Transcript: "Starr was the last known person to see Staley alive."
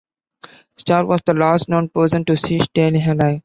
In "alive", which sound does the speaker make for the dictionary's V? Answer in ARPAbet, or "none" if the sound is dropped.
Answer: none